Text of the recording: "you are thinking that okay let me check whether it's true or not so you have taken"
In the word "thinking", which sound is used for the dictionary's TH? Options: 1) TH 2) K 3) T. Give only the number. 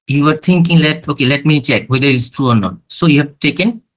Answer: 3